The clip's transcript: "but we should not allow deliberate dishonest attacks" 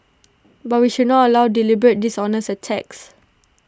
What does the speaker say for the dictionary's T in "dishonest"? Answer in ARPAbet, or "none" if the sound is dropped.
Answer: none